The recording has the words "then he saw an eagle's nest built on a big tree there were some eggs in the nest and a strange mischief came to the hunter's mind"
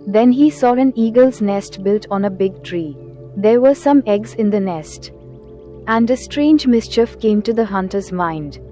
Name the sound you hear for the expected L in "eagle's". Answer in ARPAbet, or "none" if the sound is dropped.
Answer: L